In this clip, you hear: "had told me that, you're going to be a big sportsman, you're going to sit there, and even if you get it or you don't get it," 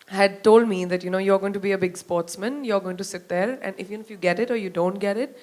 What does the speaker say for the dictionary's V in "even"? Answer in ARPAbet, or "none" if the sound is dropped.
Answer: F